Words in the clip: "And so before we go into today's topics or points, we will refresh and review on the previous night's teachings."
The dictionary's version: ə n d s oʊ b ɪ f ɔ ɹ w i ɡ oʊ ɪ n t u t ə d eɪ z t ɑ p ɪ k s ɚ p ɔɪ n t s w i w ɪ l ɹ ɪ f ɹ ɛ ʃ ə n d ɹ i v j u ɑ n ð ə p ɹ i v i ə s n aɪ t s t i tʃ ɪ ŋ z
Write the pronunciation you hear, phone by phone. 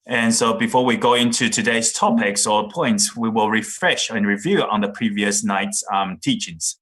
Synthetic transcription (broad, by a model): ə n s oʊ b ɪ f ɔ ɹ w i ɡ oʊ ɪ n t u t ə d eɪ z t ɑ p ɪ k s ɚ p ɔɪ n t s w i w ɪ l ɹ ɪ f ɹ ɛ ʃ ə n ɹ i v j u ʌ n ð ə p ɹ i v i ə s n aɪ t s t i tʃ ɪ ŋ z